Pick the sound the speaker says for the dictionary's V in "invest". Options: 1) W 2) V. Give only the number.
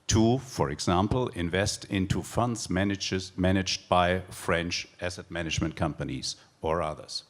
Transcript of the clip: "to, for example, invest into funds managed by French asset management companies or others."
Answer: 2